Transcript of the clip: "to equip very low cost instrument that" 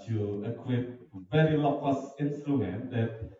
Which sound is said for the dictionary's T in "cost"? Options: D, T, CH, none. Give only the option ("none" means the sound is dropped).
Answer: none